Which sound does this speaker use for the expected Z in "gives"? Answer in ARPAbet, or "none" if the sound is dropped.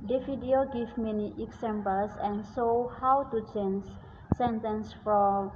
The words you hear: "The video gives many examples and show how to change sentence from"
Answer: none